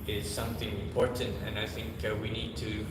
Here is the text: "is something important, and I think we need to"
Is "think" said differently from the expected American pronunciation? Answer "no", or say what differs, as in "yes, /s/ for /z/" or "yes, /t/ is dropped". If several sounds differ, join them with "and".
no